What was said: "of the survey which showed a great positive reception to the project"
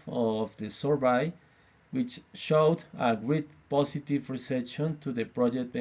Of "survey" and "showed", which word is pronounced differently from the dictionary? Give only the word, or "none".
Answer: survey